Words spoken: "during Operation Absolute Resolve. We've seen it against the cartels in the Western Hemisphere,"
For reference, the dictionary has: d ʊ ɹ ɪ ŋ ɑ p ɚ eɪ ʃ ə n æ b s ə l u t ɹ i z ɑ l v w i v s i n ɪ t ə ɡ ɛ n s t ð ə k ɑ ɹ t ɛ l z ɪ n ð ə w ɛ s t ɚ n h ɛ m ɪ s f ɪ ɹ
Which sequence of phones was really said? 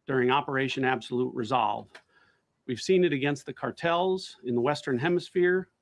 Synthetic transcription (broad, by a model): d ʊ ɹ ɪ ŋ ɑ p ɚ eɪ ʃ ə n æ b s ə l u t ɹ i z ɑ l v w i v s i n ɪ t ə ɡ ɛ n s t ð ə k ɑ ɹ t ɛ l z ɪ n ð ə w ɛ s t ɚ n h ɛ m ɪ s f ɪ ɹ